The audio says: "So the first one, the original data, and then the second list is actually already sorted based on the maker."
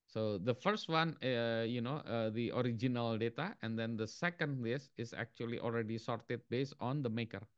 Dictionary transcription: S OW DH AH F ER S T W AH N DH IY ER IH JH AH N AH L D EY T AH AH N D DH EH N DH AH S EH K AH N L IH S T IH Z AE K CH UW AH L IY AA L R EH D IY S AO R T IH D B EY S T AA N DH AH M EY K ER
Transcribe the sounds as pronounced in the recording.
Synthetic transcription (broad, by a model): S OW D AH F ER S T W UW N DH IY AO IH JH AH N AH L D EY T AH AH N D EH N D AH S EH K AH N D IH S IH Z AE K CH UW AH L IY AA L R EH D IY S AO R T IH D B EY S T AA N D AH M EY K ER